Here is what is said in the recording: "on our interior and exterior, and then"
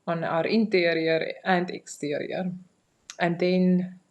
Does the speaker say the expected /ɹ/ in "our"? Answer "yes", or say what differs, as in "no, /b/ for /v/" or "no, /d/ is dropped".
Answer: yes